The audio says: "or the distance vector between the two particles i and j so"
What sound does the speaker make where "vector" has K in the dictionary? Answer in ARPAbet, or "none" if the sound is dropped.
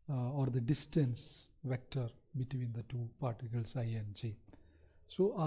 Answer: K